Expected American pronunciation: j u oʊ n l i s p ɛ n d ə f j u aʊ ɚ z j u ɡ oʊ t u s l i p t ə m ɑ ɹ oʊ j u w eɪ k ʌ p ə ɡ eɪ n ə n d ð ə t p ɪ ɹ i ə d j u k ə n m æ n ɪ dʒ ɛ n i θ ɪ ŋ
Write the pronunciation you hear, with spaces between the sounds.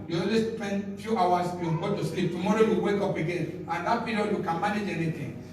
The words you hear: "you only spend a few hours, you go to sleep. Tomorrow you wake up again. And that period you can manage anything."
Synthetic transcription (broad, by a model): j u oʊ l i s p ɛ n d f j u aʊ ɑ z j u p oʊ t u s l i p t ə m ɑ ɹ oʊ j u w eɪ k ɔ p ə ɡ eɪ n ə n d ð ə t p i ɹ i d j u k ə n m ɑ n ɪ dʒ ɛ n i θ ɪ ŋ